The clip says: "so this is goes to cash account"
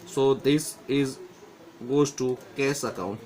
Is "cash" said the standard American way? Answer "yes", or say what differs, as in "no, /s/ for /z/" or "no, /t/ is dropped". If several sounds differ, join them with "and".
no, /s/ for /ʃ/